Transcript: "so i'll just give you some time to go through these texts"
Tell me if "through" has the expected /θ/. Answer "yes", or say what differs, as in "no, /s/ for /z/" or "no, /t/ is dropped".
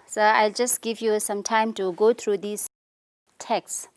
no, /t/ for /θ/